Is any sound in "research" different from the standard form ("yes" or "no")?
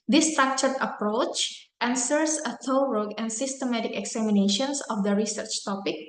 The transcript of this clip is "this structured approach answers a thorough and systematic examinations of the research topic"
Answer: no